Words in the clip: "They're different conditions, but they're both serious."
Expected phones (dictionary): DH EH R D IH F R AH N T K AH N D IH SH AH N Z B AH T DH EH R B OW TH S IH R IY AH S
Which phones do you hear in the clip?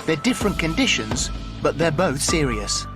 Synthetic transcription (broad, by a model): DH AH R D IH F R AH N K AH N D IH SH AH N Z B AH T DH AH R B OW TH S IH R IY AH S